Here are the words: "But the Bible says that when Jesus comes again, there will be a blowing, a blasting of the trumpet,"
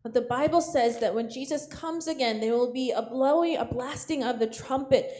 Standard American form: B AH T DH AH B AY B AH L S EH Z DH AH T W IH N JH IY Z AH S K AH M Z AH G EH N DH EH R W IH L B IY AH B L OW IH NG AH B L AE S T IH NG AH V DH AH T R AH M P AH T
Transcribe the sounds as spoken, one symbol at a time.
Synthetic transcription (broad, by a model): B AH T DH AH B AY B L S EH Z DH AH T W IH N JH IY Z AH S K AH M Z AH G EH N DH EH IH W IH L B IY AH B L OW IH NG AH B L AE S T IH NG AH V DH AH T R AH M P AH T